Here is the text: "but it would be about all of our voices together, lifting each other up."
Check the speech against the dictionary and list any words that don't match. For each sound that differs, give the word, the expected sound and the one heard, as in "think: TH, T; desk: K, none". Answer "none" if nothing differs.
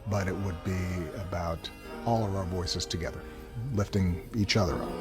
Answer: none